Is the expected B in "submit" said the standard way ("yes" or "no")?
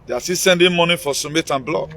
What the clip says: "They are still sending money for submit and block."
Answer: no